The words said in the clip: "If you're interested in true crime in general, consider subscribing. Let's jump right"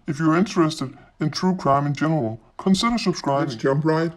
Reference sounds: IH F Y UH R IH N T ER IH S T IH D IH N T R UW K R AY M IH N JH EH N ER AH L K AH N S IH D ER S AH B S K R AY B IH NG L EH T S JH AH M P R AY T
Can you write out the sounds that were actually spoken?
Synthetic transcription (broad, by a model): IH F Y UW R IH N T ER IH S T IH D IH N T R UW K R AY M IH N JH EH N ER AH L K AH N S IH D ER S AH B S K R AY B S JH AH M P R AY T